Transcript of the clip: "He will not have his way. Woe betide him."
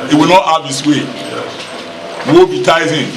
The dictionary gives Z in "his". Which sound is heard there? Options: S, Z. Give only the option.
S